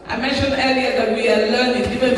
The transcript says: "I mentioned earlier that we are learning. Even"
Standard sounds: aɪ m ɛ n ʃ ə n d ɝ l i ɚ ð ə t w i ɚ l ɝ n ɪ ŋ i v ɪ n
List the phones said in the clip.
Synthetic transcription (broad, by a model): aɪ m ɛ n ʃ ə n ɝ i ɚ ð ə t w i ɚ l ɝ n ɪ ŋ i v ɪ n